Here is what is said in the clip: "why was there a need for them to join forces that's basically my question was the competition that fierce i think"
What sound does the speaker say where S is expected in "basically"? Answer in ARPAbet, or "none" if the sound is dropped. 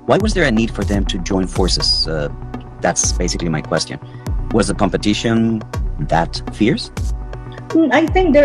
S